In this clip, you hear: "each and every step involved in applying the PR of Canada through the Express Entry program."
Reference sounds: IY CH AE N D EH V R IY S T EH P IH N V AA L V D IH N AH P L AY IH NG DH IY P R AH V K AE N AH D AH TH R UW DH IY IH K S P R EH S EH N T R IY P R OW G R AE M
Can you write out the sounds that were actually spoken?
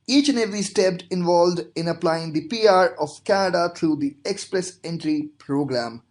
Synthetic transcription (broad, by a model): IY CH N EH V IY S T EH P IH N V AA L V D IH N AH P L AY IH NG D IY P R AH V K AE N AH D AH T R UW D IY IH K S P R EH S EH N T R IY P R OW G R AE M